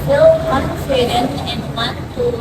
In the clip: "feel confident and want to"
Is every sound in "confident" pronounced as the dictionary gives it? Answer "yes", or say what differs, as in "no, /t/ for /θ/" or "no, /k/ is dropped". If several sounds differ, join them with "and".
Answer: no, /t/ is dropped